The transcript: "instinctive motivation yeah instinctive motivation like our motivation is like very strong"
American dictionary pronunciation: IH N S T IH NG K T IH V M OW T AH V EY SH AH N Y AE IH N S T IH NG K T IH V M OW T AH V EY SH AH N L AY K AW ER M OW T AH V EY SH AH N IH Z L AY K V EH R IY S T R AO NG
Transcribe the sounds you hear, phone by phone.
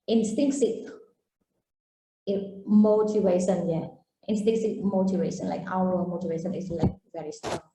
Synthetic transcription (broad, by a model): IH N S T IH NG K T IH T M OW T AH V EY SH AH N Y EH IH N S T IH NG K S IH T M OW T AH V EY SH AH N L AY K AW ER M OW T AH V EY SH AH N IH S L AY K V EH R IY S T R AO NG